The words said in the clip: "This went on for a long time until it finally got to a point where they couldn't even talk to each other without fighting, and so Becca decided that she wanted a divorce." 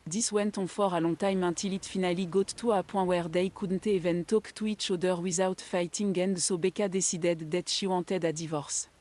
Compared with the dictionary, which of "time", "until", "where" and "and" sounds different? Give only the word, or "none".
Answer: until